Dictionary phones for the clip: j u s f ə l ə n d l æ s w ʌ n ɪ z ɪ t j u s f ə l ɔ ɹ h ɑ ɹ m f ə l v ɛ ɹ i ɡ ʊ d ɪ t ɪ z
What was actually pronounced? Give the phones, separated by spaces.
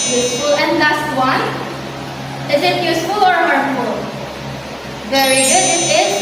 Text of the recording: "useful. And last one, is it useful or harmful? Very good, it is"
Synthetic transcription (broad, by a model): j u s f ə l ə n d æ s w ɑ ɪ ɪ z ɪ t j u s f ə l ɔ ɹ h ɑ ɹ f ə l v ɛ ɹ i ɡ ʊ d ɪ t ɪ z